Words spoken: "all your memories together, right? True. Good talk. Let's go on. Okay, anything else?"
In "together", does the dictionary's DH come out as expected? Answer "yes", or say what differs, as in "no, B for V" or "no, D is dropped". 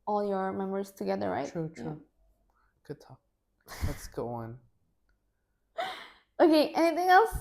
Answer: yes